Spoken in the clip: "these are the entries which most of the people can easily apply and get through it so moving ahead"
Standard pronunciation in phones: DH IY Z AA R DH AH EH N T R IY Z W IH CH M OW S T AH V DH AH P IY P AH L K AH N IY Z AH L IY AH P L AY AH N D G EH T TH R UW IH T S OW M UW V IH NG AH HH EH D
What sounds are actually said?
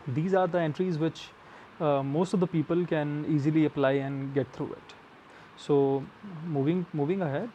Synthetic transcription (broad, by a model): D IY Z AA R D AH EH N T R IY Z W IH CH M OW S T AH V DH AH P IY P AH L K AH N IY Z AH L IY AH P L AY AH N D G EH T T R UW IH T S OW M UW V IH NG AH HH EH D